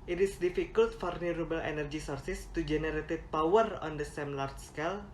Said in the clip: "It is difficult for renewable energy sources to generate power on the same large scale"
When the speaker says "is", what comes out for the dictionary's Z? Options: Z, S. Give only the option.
S